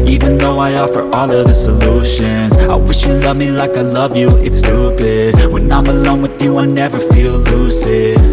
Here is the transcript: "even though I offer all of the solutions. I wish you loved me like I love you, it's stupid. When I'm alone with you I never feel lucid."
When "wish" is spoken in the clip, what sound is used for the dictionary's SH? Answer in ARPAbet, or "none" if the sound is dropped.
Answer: SH